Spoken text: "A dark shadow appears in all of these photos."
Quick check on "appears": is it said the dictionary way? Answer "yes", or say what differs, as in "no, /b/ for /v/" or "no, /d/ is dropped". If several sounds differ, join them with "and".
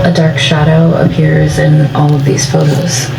yes